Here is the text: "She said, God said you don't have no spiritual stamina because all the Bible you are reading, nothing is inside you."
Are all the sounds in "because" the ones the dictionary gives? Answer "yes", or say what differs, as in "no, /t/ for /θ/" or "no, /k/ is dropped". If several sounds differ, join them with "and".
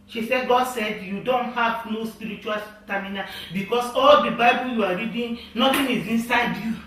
no, /s/ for /z/